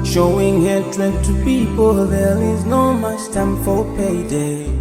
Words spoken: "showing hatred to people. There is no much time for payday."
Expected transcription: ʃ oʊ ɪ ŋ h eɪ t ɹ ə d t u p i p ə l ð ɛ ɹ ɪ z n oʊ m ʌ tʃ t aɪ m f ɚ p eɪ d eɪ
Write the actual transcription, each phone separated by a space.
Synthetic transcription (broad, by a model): ʃ oʊ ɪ ŋ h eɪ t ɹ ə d t u p i p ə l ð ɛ l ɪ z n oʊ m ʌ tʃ t aɪ m f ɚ p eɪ d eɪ